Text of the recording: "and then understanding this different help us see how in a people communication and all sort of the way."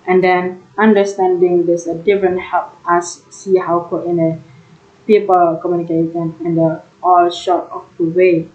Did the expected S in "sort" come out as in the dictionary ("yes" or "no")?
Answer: no